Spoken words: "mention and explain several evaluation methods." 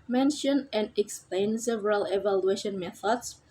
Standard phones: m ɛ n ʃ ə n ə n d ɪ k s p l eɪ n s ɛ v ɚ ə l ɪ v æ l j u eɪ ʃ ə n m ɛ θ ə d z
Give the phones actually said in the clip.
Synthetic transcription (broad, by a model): m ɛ n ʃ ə n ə n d ɪ k s p l eɪ n s ɛ v ɚ ə l ɪ v æ l j u eɪ ʃ ə n m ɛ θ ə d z